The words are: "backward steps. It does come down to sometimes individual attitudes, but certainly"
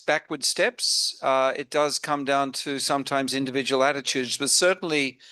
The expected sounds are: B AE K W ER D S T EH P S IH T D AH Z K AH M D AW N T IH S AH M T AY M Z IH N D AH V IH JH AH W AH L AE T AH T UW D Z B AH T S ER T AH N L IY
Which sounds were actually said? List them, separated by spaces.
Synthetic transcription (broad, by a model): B AE K W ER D S T EH P S IH T D AH Z K AH M D AW N T IH S AH M T AY M Z IH N D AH V IH JH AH W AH L AE T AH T UW D Z B AH T S ER T N L IY